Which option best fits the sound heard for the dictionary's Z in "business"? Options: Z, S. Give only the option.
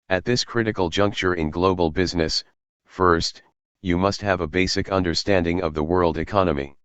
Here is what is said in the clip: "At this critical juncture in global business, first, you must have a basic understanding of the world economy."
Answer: Z